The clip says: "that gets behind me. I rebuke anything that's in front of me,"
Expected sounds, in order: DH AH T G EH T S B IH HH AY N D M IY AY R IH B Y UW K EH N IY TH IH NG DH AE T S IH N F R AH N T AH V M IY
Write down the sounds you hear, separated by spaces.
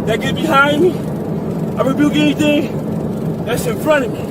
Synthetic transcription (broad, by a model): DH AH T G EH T B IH HH AY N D M IY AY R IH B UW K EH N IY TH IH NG DH AE T S IH N F R AH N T AH V M IY